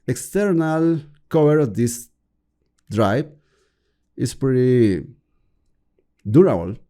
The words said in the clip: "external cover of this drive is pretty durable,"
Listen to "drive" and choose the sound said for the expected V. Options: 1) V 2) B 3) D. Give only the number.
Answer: 2